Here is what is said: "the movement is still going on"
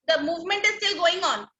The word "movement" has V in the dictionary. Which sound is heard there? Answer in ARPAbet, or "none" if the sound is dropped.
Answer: V